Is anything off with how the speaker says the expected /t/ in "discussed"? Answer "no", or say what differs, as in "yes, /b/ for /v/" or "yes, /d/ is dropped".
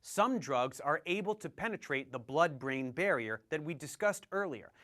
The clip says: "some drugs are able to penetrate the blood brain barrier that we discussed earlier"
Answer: no